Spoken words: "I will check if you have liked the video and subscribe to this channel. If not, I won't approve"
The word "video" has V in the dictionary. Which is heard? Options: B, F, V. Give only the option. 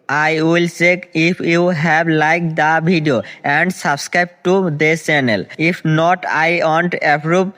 B